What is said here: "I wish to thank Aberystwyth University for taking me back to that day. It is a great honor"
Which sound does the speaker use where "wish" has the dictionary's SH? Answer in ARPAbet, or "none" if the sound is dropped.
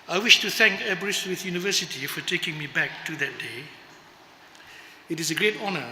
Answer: SH